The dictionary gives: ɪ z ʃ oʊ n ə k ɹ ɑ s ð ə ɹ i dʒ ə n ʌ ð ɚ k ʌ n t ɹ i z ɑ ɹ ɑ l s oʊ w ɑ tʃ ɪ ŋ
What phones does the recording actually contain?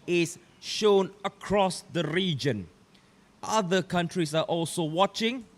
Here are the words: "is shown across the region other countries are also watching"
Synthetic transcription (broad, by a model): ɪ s ʃ oʊ n ə k ɹ ɑ s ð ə ɹ i dʒ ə n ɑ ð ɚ k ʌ n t ɹ i s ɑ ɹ ɑ l s oʊ w ɑ tʃ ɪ ŋ